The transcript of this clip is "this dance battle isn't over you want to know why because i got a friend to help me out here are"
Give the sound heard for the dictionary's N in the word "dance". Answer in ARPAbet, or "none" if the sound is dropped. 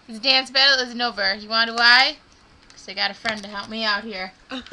N